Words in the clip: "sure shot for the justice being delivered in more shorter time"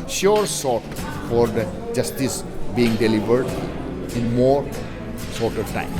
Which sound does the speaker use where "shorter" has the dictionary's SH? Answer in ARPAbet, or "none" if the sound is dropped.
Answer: S